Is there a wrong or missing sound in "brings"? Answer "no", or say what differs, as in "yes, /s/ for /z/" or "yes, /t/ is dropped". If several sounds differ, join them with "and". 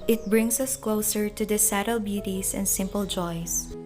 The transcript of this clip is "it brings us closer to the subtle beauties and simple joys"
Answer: yes, /s/ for /z/